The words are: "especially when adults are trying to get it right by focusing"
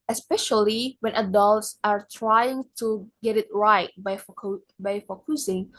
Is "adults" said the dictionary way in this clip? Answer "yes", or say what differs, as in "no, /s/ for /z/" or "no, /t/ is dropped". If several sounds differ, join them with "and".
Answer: yes